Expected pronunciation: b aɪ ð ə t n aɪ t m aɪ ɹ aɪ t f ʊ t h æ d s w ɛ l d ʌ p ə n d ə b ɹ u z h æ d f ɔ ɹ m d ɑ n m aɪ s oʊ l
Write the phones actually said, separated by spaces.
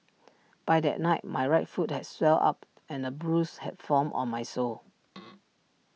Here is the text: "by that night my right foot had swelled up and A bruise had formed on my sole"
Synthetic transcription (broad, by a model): b aɪ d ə t n aɪ t m aɪ ɹ aɪ t f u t h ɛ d s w ɛ l ɑ p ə n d ə b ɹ u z h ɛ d f ɔ m ɑ n m aɪ s oʊ l